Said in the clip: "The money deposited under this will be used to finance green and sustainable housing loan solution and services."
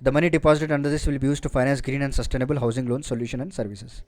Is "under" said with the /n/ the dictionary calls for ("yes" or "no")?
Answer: yes